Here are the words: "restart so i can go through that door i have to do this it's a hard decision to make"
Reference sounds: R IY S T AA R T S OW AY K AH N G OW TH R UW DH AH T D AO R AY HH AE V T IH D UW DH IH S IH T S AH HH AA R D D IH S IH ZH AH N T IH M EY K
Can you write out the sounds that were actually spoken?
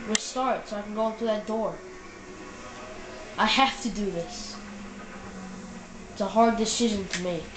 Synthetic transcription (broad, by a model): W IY S T AA R T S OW AY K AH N G OW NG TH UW DH AH T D AO R AY HH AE F T IH D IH DH IH S IH T S AH HH AA R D D IH S IH ZH AH N T IH M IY